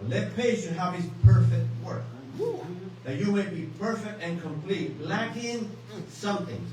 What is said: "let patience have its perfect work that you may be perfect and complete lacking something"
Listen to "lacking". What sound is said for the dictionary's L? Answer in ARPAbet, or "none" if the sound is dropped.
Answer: L